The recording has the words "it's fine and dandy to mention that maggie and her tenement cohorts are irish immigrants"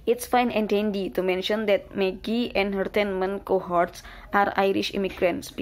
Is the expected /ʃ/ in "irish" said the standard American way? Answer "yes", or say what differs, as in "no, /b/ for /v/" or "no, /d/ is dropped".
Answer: yes